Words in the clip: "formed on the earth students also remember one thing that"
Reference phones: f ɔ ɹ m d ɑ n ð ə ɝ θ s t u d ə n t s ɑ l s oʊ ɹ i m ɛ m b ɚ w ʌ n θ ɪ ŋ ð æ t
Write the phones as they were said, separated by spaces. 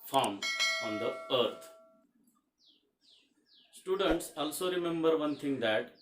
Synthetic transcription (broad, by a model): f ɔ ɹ m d ɑ n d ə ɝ t s t u d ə n t s ɑ l s oʊ ɹ i m ɛ m b ɚ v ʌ n t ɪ ŋ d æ t